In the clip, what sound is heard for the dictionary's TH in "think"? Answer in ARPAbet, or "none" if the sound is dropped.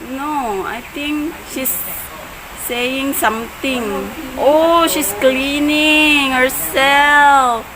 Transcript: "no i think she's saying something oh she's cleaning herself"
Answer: T